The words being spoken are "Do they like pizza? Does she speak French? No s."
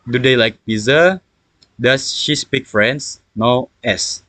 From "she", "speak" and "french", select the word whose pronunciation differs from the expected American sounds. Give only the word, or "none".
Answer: french